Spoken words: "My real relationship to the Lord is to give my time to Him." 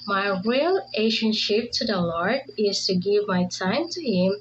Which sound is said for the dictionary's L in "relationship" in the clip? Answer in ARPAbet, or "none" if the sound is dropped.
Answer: none